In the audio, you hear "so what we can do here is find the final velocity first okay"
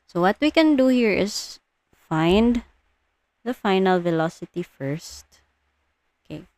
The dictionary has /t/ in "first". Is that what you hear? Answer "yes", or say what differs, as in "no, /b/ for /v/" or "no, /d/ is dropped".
yes